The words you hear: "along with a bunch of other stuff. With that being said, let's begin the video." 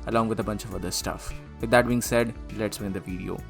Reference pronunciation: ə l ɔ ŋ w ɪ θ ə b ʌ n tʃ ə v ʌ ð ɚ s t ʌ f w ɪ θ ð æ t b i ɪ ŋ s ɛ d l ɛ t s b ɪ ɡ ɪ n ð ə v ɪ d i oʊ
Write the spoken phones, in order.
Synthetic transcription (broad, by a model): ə l ɔ ŋ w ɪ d ə b ʌ n tʃ ə v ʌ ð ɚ s t ʌ f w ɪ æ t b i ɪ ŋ s ɛ d l ɛ t s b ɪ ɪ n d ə v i d i oʊ